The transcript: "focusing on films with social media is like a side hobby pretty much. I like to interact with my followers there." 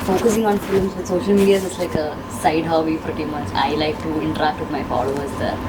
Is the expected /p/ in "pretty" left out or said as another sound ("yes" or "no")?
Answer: yes